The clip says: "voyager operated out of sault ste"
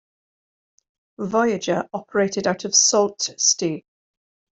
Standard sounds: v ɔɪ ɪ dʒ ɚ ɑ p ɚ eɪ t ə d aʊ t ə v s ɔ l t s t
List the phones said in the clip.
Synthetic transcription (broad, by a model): v ɔɪ ɪ dʒ ɚ ɑ p ɚ eɪ t ə d aʊ t ə v s ɔ l t s t